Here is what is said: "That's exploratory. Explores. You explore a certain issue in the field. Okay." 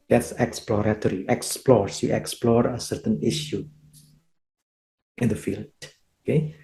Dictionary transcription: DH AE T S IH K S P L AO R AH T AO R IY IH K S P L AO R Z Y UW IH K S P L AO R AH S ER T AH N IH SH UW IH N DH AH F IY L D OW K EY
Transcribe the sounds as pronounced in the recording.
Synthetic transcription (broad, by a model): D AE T S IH K S P L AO R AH T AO R IY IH K S P L AO R S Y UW IH K S P L AO R AH S ER T AH N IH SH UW IH N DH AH F IY L D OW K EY